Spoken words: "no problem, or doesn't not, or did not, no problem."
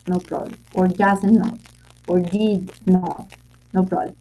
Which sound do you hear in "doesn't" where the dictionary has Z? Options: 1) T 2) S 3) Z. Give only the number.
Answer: 2